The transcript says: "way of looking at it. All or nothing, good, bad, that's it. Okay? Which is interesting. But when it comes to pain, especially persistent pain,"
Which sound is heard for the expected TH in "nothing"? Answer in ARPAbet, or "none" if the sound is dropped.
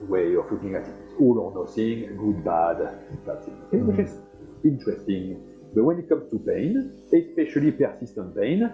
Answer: S